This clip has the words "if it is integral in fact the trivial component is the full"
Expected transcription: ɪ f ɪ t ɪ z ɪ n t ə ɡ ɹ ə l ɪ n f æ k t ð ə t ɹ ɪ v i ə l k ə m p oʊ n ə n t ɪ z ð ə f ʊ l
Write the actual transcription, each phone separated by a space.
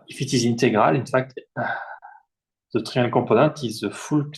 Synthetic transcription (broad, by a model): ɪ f ɪ t ɪ z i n t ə ɡ ɹ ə l ɪ n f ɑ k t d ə t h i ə k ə p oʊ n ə t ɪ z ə f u l